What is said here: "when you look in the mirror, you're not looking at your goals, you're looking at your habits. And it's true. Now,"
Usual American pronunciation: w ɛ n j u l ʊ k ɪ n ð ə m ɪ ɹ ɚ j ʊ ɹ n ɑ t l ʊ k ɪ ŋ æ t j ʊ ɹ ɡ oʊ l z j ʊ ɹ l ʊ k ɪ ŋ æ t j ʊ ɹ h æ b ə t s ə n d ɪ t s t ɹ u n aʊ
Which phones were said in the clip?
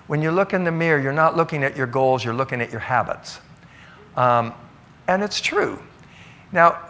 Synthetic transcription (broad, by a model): w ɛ n j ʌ l ʊ k ɪ n ð ə m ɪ ɹ j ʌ ɹ n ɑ t l ʊ k ɪ ŋ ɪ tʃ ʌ ɹ ɡ oʊ l z j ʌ ɹ l ʊ k ɪ ŋ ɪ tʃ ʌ ɹ h æ b ə t s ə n ɪ t s t ɹ u n aʊ